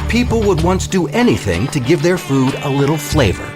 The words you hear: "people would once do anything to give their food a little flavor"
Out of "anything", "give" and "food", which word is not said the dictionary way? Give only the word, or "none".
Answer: none